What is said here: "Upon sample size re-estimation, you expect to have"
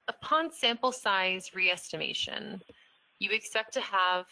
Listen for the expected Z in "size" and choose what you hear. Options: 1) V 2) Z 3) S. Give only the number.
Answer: 2